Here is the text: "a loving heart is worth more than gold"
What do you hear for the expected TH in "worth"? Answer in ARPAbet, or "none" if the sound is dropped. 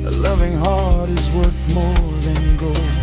TH